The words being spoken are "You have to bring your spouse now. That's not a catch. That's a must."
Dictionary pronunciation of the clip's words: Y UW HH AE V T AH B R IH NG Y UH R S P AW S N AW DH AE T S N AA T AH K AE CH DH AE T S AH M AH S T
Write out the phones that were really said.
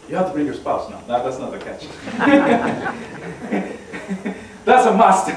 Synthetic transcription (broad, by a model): Y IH HH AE F T AH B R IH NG Y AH R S P AW S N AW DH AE T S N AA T AH K AE CH DH AE T S AH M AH S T